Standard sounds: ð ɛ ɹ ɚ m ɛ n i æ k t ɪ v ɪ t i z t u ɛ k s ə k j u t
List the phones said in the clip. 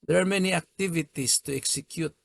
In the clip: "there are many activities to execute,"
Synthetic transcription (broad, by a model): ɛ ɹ m ɛ n i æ k t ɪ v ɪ t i s t u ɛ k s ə k j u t